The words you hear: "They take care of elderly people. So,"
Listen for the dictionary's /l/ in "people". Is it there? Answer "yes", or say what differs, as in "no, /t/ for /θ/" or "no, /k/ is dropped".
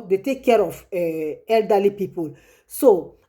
yes